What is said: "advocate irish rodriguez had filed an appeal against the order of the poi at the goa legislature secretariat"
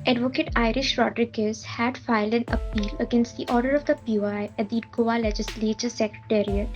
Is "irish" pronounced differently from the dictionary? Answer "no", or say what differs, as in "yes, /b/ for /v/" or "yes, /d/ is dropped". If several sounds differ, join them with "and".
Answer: no